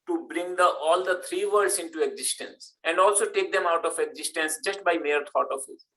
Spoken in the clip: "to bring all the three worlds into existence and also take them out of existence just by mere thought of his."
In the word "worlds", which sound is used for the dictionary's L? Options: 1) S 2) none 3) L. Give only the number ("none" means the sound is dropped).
2